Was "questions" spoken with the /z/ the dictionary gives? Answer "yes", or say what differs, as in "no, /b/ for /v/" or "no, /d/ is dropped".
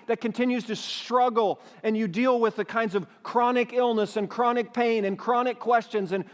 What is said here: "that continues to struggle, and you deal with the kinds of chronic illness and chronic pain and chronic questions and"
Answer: yes